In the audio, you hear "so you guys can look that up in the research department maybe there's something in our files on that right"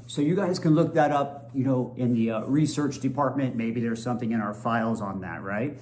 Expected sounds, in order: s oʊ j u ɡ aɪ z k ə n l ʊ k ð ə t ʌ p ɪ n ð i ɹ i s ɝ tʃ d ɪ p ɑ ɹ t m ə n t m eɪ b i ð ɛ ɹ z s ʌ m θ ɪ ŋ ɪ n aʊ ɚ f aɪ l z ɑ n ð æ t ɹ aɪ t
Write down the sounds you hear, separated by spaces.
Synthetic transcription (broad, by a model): s oʊ j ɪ ɡ aɪ z k ə n l ʊ k ð ə t ʌ p ɪ n ð i ɹ i s ɝ tʃ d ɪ p ɑ ɹ t m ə n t m eɪ b i ð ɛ ɹ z s ʌ m θ ɪ ŋ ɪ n aʊ ɚ f aɪ l z n ð æ t ɹ aɪ t